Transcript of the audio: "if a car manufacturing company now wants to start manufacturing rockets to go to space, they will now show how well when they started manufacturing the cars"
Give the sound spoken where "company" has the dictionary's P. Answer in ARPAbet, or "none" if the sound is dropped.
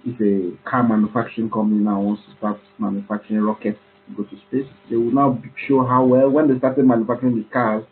none